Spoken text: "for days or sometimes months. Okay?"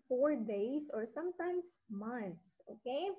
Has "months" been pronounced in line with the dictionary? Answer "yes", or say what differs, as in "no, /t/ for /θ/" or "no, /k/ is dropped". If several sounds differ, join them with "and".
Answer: no, /t/ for /θ/